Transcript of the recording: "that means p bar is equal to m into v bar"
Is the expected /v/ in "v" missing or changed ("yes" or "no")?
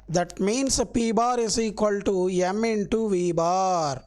no